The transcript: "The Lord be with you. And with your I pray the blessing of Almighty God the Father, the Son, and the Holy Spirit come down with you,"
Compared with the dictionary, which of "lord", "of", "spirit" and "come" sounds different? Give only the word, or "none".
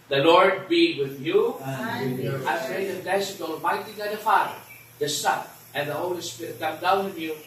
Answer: of